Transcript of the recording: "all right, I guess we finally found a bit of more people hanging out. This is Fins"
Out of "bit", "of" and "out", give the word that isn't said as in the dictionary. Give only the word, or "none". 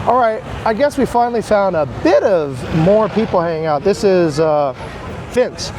none